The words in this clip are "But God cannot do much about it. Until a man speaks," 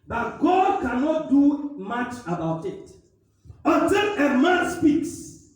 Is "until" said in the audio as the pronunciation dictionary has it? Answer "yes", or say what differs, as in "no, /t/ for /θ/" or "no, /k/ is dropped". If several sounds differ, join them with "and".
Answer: no, /n/ is dropped and /n/ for /l/